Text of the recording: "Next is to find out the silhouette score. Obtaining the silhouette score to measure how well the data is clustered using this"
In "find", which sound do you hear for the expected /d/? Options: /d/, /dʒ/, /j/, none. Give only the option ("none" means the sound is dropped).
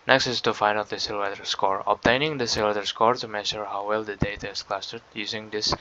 none